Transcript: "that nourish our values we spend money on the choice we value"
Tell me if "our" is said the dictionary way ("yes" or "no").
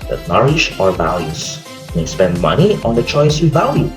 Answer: yes